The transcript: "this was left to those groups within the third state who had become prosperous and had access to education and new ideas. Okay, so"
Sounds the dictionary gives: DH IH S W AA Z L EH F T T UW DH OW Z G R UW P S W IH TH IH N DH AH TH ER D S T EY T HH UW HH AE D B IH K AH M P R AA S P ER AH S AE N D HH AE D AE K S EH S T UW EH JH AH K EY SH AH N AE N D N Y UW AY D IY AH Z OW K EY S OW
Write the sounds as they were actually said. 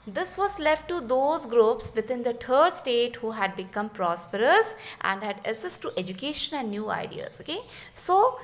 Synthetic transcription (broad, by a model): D IH S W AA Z L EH F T T UW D OW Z G R UW P S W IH T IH N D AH T ER D S T EY T HH UW HH AE D B IH K AH M P R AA S P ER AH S AE N D HH AE D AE S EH S T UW EH JH AH K EY SH AH N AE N D N Y UW AY D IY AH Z OW K EY S OW